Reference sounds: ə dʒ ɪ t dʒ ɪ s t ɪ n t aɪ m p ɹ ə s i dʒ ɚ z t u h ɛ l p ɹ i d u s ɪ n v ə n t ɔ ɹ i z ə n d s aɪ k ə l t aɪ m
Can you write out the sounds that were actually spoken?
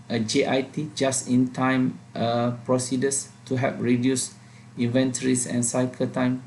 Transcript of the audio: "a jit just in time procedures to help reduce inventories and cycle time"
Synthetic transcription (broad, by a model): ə dʒ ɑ t dʒ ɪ s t ɪ n t aɪ m p ɹ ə s i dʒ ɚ s t u h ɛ p ɹ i d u s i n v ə n t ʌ ɹ i s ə n s aɪ k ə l t aɪ m